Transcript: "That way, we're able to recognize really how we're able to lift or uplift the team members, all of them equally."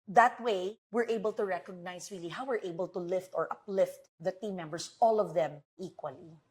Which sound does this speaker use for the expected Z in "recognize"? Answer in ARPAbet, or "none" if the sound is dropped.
S